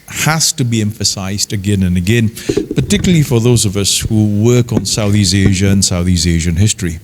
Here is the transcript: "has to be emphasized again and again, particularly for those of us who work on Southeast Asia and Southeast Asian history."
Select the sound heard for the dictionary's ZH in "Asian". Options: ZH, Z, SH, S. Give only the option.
ZH